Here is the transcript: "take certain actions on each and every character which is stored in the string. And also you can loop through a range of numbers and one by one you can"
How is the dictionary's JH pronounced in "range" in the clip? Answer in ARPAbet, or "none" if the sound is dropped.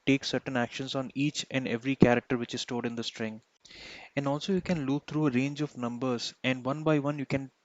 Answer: JH